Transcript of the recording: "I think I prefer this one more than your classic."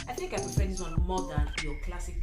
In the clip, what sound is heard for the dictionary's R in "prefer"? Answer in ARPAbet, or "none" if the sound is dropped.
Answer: none